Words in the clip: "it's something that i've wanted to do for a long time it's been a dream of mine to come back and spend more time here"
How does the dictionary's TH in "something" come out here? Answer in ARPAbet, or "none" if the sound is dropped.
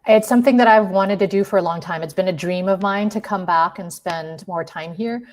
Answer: TH